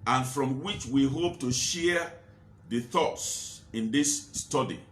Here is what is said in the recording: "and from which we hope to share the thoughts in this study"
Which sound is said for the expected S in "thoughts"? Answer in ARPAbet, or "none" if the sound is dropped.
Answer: S